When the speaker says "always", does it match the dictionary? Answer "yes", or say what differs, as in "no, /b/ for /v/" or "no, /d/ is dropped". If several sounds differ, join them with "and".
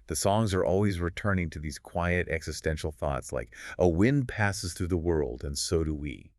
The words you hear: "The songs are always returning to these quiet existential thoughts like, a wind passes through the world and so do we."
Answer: yes